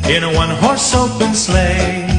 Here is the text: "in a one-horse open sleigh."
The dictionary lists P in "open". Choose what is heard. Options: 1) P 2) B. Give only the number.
2